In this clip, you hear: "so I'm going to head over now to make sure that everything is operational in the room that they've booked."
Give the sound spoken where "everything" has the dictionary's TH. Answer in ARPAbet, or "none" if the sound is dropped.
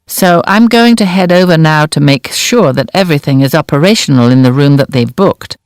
TH